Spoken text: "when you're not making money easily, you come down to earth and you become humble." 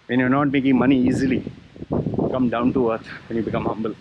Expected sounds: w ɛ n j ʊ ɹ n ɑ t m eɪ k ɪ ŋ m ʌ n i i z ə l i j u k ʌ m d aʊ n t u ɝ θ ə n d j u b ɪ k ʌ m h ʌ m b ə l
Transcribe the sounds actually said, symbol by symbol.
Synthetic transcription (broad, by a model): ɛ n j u n ɑ t m eɪ k ɪ ŋ m ʌ n i i z ə l i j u k ʌ m d aʊ n t u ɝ t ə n j u b ɪ k ʌ m h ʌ m b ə l